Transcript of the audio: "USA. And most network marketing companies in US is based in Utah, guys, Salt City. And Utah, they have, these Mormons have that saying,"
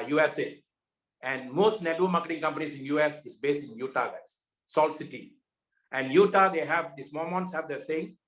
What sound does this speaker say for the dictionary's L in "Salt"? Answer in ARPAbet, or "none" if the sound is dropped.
L